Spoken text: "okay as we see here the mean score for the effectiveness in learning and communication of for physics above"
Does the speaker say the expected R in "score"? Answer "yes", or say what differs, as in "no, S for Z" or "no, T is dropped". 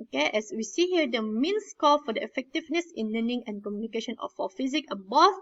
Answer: no, L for R